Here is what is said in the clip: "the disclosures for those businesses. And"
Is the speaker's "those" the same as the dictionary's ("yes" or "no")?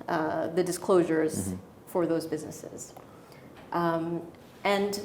yes